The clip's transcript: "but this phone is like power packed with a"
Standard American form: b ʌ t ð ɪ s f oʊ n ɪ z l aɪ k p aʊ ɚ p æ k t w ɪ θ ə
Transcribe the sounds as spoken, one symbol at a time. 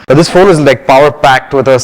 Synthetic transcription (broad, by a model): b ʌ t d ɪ s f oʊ l ɪ z l aɪ k p aʊ ɚ p æ k t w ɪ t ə